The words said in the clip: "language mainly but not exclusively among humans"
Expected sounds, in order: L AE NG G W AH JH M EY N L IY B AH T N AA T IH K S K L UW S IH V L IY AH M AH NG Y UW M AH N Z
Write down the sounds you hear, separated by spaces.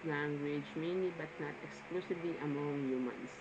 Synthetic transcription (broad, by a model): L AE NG G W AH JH M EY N IY B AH T N AA T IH K S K L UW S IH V L IY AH M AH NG Y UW M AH N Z